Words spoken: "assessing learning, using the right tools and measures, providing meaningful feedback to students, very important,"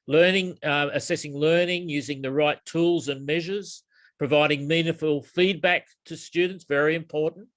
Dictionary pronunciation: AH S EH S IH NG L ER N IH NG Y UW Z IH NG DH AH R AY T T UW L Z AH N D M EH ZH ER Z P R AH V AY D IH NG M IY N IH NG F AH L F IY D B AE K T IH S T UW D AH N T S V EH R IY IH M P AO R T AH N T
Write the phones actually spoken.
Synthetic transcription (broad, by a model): AH S EH S IH NG L ER N IH NG Y UW Z IH NG DH AH R AY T T UW L Z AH N M EH ZH ER Z P R AH V AY D IH NG M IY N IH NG F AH L F IY D B AE K T IH S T UW D N T S V EH R IY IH M P AO R T N T